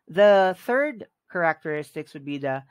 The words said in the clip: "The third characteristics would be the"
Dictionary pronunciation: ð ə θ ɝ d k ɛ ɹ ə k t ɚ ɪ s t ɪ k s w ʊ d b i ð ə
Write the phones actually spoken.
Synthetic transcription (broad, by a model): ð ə θ ɝ d k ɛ ɹ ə k t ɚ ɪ s t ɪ k s w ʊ d b i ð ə